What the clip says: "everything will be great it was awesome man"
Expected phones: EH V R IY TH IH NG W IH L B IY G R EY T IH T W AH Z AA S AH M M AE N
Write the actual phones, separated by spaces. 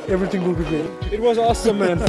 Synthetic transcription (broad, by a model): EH V R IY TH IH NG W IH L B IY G EY IH T W AH Z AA S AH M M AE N